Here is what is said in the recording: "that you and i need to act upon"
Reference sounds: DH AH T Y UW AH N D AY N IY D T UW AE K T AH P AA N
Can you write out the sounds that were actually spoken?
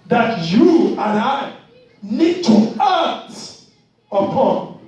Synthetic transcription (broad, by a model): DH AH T Y UW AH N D AY N IY D T UW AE T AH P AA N